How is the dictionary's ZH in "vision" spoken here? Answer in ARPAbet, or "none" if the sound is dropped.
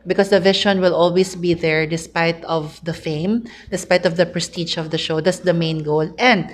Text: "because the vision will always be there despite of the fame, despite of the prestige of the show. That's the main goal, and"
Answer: SH